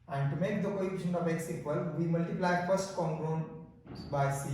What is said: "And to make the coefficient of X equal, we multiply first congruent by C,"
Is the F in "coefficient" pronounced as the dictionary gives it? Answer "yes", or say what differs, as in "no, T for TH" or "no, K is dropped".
no, P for F